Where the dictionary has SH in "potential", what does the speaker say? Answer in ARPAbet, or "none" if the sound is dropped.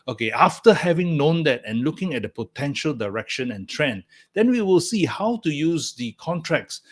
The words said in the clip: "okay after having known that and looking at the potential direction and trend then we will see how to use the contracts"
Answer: SH